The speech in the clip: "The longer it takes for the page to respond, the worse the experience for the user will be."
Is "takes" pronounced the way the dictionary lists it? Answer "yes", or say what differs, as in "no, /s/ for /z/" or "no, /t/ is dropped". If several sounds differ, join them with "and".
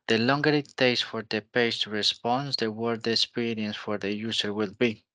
no, /k/ is dropped